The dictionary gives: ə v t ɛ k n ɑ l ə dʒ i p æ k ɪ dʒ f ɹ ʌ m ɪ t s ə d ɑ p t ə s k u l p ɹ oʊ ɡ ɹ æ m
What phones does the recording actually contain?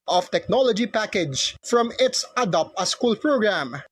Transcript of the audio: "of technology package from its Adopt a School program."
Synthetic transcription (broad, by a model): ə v t ɛ k n ɑ l ə dʒ i p æ k ɪ dʒ f ɹ ʌ m ɪ t s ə d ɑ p ə s k u l p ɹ oʊ ɡ ɹ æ m